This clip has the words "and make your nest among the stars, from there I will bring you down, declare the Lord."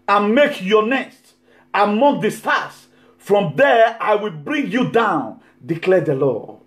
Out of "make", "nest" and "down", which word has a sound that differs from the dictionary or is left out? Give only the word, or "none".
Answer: none